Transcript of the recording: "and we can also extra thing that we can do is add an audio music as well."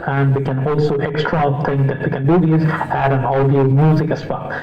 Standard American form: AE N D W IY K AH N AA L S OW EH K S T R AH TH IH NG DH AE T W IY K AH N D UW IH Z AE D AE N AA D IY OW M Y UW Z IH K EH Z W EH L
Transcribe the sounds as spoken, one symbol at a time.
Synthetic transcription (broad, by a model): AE N D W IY K AH N AA L S OW EH K S T R AH T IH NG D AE T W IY K AH N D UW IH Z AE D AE N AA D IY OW M Y UW Z IH K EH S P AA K